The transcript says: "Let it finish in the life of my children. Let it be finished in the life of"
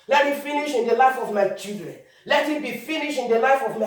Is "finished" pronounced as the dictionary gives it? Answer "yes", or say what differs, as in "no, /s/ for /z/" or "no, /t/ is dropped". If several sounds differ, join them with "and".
no, /t/ is dropped